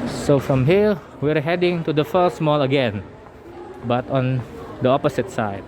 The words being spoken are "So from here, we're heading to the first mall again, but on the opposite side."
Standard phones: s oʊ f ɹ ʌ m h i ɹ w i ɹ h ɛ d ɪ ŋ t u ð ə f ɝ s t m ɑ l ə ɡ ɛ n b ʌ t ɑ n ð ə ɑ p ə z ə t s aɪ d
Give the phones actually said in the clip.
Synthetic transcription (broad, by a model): s oʊ f ɹ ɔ m h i l w i ɹ h ɛ d ɪ ŋ t u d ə f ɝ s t m ɑ l ə ɡ ɛ n b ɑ t ɑ n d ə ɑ p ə s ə t s aɪ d